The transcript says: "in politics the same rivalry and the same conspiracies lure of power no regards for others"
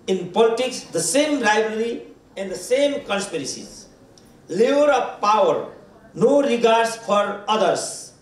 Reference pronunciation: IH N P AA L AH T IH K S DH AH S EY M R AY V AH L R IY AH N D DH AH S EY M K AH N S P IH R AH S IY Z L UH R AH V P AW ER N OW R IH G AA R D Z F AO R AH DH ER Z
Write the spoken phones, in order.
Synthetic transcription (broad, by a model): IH N P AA L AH T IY K S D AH S EY M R AY B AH R IY AH N D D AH S EY M K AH N S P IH R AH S IY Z L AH R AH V P AW ER N OW R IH G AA R D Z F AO R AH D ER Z